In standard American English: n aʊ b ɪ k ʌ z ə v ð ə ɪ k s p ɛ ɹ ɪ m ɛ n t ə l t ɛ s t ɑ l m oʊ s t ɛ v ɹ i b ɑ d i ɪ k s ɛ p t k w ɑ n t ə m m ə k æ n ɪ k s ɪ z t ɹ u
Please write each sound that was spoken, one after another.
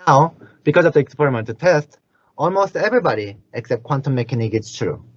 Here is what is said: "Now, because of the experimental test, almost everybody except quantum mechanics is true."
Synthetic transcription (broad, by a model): aʊ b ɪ k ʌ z ə v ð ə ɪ k s p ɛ ɹ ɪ m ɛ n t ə t ɛ s t ɑ l m oʊ s t ɛ v ɹ i b ɑ d i ɪ k s ɛ p t k w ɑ n t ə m m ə k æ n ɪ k ɪ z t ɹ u